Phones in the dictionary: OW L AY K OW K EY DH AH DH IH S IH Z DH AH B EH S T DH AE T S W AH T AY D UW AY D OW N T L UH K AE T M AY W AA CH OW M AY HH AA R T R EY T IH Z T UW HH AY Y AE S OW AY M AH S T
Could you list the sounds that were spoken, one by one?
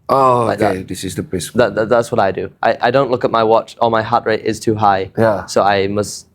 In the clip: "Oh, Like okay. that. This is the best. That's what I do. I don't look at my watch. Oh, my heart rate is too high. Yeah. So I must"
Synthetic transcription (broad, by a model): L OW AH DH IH S IH Z DH AH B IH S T DH AE T S W AH T AY D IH AY D OW N T L UH K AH T M AY W AA CH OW M AY HH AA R T R EY T IH Z T UW HH AY Y AE S OW AY M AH S T